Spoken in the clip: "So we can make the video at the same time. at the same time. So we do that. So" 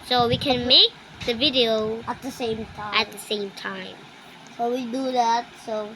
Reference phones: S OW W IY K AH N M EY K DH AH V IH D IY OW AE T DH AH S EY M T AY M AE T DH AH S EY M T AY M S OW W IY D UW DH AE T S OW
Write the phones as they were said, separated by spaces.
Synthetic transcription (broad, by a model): S OW W IY K AH N M EY K DH AH V IH D IY OW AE T DH AH S EY M T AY AE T DH AH S EY M T AY M S OW W IY D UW DH AE T S OW